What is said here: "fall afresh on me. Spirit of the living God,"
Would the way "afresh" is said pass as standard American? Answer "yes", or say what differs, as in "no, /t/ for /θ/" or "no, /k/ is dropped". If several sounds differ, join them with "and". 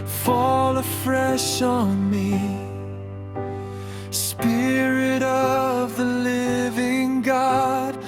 yes